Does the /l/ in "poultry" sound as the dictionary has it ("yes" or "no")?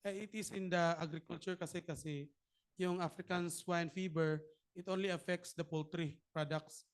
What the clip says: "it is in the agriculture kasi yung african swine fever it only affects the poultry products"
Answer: yes